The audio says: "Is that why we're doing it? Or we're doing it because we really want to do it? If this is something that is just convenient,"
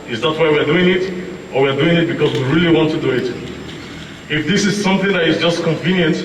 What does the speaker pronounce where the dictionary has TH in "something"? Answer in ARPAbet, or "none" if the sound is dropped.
TH